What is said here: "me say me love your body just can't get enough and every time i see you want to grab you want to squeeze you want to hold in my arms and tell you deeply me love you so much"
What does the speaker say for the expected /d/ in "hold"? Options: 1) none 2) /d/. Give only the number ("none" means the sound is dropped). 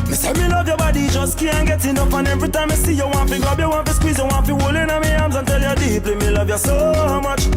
1